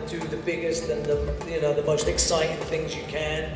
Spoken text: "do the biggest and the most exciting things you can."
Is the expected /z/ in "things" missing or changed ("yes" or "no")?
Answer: no